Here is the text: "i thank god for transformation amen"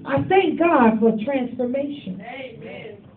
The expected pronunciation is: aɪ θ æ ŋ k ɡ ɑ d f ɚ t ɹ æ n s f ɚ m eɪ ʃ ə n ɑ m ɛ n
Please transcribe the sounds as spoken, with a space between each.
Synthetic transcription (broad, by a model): aɪ θ æ ŋ k ɡ ɑ d f ɚ t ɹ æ n s f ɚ m eɪ ə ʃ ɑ n